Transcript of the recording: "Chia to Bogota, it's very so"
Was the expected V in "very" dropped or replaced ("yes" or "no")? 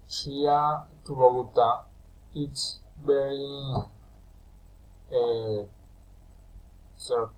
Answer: yes